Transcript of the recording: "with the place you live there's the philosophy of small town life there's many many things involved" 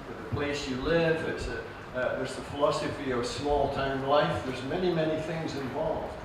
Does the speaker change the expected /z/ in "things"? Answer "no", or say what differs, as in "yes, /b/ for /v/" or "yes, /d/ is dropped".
no